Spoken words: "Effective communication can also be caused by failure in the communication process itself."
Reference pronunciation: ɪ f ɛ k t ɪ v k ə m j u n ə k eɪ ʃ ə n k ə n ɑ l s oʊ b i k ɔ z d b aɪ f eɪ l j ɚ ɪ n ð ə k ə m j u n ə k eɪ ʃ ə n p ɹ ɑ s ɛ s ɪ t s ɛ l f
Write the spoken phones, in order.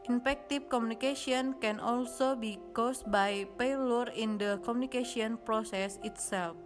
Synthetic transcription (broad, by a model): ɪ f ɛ k t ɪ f k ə m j u n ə k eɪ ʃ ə n k ə n ɑ l s oʊ b i k ɔ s b aɪ p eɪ l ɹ ɪ n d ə k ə m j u n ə k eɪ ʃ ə n p ɹ ɑ s ɛ s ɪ t s ɛ l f